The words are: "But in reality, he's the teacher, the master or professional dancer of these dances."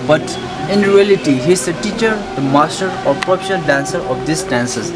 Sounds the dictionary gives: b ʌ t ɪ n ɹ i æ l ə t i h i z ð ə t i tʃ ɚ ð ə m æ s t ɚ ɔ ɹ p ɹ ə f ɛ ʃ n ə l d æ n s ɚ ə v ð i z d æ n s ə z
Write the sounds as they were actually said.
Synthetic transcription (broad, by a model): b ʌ t ɪ n ɹ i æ l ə t i h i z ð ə t i tʃ ɚ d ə m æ s t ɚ ɔ ɹ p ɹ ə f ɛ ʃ ə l d æ n s ɚ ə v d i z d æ n s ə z